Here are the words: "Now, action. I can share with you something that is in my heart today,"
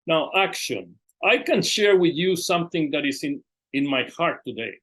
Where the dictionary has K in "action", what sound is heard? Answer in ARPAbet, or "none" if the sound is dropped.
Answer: K